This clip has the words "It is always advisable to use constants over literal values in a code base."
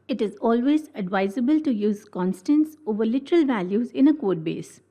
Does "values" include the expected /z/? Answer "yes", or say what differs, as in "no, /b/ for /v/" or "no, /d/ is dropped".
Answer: yes